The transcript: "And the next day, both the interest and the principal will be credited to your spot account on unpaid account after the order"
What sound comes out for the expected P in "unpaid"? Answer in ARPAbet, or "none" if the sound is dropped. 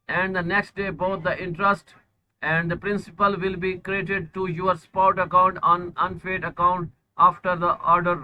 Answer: F